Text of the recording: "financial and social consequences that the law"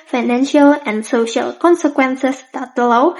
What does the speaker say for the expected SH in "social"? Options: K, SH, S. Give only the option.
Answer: SH